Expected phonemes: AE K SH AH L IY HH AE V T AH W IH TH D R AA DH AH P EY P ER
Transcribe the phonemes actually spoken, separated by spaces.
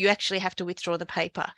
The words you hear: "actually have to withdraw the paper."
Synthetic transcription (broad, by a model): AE K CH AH L IY HH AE F T AH W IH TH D R AA DH AH P EY P ER